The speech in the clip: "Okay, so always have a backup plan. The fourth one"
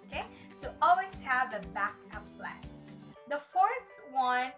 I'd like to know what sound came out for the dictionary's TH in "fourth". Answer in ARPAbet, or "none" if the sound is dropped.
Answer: TH